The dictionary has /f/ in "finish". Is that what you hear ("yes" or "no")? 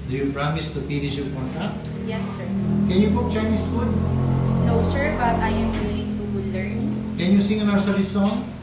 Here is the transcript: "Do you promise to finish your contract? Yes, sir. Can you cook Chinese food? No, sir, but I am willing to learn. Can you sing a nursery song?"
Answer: no